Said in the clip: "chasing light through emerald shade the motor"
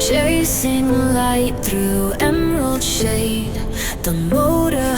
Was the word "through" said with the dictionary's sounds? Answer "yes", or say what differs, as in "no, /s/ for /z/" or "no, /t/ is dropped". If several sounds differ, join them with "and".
yes